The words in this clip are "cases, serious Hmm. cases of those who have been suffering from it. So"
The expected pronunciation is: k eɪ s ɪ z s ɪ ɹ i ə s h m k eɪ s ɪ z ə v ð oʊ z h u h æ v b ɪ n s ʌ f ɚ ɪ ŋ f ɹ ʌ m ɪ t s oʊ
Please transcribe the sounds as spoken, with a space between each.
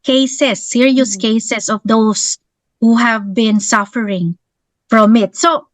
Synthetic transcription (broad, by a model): k eɪ s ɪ s ɪ ɹ i ə s k eɪ s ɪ s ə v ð oʊ s h u h æ v b ɪ n s ʌ f ɚ ɪ ŋ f ɹ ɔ m ɪ t s oʊ